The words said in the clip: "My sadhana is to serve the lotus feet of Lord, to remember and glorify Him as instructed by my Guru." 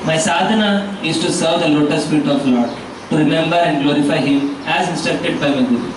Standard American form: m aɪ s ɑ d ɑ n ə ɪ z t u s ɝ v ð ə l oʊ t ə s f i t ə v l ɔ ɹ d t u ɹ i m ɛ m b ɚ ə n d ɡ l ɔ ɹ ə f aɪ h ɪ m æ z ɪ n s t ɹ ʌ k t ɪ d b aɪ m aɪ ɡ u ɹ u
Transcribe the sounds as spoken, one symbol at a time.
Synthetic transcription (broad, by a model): m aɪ s ɑ d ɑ n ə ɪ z t u s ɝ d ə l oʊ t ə s p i t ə f l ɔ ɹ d t u ɹ i m ɛ m b ɚ ə n d ɡ l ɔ ɹ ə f aɪ h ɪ m æ z ɪ n s t ɹ ʌ k t ɪ d b aɪ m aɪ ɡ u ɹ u